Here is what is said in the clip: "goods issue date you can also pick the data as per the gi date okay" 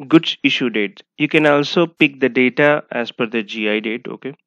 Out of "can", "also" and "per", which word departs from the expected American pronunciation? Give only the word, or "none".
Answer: per